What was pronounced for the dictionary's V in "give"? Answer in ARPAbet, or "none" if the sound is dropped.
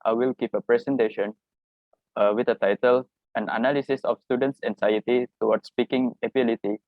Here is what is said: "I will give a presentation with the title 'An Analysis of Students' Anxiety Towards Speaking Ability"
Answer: P